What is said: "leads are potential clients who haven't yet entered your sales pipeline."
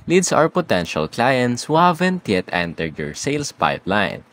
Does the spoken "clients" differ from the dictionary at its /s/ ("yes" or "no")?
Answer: no